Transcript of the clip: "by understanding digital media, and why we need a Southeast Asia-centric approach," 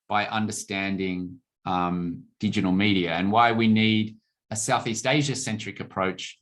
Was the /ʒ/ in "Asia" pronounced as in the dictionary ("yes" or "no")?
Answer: yes